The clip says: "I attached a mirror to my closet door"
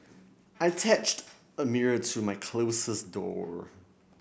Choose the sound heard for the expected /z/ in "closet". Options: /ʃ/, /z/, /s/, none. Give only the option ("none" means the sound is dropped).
/s/